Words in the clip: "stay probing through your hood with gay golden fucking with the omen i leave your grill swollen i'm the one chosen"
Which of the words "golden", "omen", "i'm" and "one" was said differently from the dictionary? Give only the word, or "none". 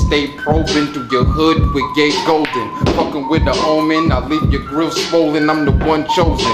none